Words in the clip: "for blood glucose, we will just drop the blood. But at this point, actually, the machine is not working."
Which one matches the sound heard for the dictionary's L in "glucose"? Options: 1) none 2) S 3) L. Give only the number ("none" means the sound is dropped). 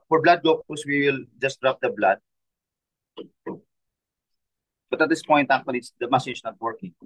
1